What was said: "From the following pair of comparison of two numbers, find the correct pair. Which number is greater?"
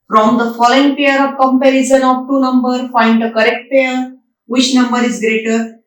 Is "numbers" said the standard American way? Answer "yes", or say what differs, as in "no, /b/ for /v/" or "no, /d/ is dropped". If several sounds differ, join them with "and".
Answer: no, /z/ is dropped